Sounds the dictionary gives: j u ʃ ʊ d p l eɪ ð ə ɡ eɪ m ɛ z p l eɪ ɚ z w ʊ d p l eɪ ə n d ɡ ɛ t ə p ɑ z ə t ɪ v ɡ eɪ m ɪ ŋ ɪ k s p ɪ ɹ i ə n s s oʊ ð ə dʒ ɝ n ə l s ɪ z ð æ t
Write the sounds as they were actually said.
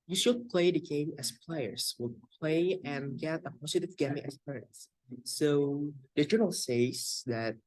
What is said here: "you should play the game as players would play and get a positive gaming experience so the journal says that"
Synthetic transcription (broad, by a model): j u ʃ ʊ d p l eɪ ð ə ɡ eɪ m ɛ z p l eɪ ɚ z w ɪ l p l eɪ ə n ɡ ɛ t ə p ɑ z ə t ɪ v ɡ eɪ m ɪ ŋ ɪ s p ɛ i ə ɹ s s oʊ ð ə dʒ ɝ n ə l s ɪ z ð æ t